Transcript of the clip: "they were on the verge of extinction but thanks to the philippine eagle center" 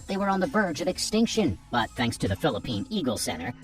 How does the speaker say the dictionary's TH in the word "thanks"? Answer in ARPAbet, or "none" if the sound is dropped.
TH